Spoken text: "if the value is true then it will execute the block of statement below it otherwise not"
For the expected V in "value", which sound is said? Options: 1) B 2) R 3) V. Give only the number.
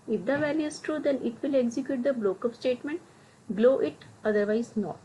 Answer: 3